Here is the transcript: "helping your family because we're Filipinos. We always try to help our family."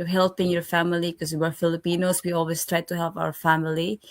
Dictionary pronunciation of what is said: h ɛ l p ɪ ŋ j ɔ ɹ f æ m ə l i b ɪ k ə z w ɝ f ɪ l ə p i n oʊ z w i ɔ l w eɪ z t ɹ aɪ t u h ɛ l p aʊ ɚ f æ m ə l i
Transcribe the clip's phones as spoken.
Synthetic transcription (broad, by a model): h ɛ l p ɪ ŋ j ɔ ɹ f æ m ə l i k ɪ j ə w ɝ f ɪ l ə p i n oʊ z w i ɔ l w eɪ s t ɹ aɪ t u h ɛ l p aʊ ɚ f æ m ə l i